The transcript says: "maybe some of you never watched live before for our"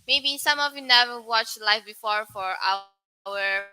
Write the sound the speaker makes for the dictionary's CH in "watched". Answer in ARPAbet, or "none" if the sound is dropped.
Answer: CH